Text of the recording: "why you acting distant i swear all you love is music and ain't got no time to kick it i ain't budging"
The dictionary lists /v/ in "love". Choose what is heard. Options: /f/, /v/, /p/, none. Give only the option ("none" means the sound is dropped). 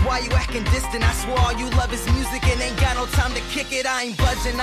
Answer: /v/